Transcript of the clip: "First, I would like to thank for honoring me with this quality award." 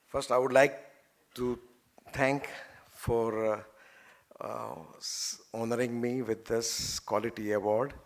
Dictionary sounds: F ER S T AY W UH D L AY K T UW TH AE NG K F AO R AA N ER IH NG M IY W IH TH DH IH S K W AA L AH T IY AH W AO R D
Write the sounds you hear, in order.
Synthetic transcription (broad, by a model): F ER S T AY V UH D L AY K T UW T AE NG K F AO R AA N ER IH NG M IY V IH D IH S K W AA L AH T IY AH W AO R D